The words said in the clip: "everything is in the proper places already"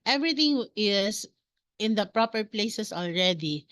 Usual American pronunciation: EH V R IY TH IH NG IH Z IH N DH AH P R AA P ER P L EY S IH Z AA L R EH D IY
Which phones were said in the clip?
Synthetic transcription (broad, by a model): EH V R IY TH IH NG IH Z IH N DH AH P R AA P ER P L EY S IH S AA L R EH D IY